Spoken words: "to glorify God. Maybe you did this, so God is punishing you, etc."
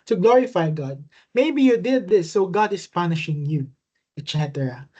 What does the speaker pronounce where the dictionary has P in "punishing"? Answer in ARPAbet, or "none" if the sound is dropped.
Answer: P